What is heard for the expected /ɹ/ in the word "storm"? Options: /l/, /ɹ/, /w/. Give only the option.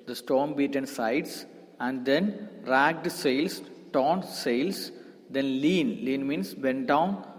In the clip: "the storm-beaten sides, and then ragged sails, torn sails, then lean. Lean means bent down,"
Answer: /ɹ/